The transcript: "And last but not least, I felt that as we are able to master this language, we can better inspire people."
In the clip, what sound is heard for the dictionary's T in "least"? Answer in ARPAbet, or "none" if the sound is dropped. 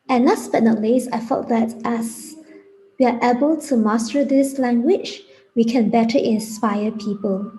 none